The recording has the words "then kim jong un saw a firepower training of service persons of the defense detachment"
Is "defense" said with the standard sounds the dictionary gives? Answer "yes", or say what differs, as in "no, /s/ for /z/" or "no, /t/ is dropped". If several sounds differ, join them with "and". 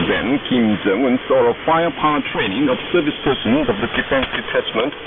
yes